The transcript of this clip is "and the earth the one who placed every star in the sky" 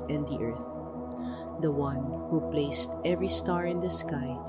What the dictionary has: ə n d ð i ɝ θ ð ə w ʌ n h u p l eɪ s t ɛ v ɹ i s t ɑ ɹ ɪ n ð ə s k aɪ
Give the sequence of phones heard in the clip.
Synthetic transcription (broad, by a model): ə n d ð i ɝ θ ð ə w ʌ n h u p l eɪ s t ɛ v ɹ i s t ɑ ɹ ɪ n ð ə s k aɪ